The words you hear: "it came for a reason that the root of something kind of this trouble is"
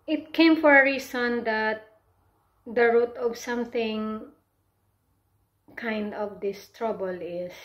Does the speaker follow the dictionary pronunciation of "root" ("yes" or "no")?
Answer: yes